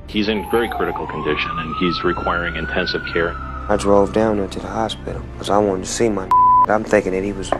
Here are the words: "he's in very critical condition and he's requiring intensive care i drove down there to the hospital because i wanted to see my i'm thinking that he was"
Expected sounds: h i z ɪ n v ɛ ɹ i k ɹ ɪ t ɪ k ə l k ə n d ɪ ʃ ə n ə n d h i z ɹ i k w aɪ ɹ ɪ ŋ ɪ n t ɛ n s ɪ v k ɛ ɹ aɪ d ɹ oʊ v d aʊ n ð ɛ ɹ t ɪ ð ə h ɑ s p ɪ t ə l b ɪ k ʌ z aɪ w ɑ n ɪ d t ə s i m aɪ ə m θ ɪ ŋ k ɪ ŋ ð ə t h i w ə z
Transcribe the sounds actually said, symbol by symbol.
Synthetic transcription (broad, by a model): h i z ɪ n v ɛ ɹ i k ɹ ɪ t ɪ k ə l k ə n d ɪ ʃ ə n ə n i z ɹ i k w aɪ ɹ ɪ ŋ ɪ n t ɛ n s ɪ v k ɛ ɹ aɪ d ɹ oʊ v d aʊ n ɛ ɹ t ɪ ð ə h ɑ s p ɪ t l k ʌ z aɪ w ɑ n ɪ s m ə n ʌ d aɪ ə m θ ɪ ŋ k ɪ ŋ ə t h i w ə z